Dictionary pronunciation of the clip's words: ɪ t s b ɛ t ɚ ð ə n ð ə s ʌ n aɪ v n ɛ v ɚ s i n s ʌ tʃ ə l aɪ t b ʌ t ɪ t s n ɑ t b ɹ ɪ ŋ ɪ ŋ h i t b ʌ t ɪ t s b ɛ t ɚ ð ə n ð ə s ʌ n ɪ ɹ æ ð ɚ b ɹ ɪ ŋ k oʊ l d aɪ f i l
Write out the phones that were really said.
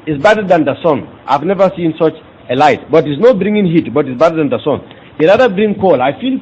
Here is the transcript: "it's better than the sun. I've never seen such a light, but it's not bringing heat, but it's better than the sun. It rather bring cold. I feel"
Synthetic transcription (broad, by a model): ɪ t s b ɛ t ɚ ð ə n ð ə s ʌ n aɪ v n ɛ v ɚ s i n s ʌ tʃ ə l aɪ t b ʌ t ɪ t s n ɑ t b ɹ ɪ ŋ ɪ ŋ h i t b ʌ t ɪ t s b ɛ t ɚ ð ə n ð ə s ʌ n ɪ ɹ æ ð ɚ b ɹ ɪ ŋ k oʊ l aɪ f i l